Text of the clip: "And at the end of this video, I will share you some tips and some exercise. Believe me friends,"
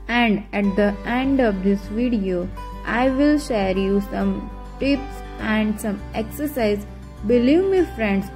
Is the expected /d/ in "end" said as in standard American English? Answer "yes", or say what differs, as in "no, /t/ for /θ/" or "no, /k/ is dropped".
yes